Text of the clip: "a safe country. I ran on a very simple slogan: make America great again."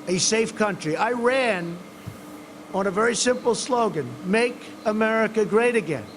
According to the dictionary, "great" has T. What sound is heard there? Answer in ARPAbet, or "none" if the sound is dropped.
T